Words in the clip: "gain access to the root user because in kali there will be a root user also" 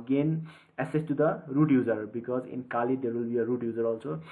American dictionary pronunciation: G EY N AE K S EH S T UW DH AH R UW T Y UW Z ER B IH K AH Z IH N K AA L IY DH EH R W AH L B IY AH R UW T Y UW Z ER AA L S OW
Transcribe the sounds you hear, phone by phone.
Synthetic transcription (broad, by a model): G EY N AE S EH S T UW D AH R UW T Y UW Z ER B IH K AH Z IH N K AA L IY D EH R W AH L B IY AH R UW T Y UW Z ER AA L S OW